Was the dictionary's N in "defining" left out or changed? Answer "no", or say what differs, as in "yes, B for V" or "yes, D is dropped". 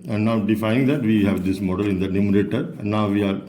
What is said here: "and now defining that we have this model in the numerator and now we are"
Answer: yes, N is dropped